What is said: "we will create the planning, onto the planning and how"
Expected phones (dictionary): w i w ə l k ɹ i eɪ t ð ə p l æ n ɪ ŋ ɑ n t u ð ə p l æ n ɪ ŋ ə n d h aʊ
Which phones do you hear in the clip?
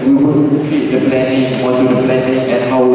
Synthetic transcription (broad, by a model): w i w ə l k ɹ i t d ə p l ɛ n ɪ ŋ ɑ t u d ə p l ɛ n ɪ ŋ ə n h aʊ